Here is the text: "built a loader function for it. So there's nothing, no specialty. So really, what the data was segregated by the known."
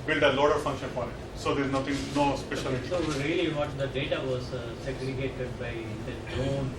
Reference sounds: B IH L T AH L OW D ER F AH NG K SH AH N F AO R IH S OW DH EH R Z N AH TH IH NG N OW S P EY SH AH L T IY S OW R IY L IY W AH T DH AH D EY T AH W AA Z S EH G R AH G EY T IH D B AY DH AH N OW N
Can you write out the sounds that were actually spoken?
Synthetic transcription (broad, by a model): B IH L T AH L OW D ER F AH NG K SH AH N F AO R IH S OW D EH R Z N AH T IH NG N OW S P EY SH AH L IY S OW R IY L IY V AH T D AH D EY T AH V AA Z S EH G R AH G EY T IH D B AY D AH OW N